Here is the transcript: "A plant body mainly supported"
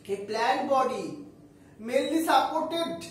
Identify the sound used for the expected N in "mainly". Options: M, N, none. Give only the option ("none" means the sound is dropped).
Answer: none